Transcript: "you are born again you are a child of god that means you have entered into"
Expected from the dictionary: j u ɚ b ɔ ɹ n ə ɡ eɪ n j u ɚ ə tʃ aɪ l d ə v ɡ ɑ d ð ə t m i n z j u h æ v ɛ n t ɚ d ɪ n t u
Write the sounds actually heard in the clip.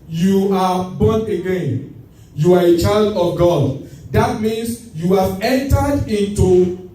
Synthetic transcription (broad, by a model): j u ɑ b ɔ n ə ɡ eɪ n j u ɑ ə tʃ aɪ l d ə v ɡ ɑ d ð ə t m i n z j u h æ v ɛ n t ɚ d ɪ n t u